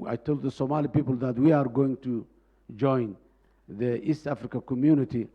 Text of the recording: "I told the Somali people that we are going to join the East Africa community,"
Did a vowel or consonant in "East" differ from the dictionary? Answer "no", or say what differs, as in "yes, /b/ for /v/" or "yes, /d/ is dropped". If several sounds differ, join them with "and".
no